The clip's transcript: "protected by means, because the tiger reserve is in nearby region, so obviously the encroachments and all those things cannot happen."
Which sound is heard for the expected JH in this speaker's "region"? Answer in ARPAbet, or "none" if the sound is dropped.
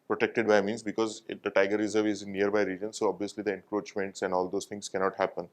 JH